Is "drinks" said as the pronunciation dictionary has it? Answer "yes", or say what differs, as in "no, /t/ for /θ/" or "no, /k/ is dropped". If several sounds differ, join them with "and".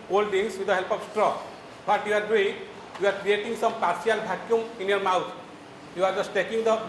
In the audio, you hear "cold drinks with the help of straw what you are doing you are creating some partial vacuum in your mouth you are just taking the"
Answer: no, /ɹ/ is dropped and /k/ is dropped